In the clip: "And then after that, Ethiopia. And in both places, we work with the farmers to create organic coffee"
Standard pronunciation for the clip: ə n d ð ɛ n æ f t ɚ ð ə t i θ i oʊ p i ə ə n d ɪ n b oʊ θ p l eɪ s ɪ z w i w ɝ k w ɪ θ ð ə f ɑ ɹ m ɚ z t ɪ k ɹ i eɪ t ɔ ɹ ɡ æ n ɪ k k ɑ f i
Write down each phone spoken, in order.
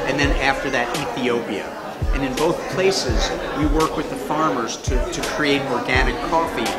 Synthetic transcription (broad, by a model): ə n ð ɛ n æ f t ɚ ð ə t i θ i oʊ p i ə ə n ɪ n b oʊ θ p l eɪ s ɪ z w i w ɝ k w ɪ ð ə f ɑ ɹ m ɚ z t ɪ k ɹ i eɪ t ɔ ɹ ɡ æ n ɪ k k ɑ f i